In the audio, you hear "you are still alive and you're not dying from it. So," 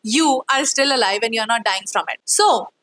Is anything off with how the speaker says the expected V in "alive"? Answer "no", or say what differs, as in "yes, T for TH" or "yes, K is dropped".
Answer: no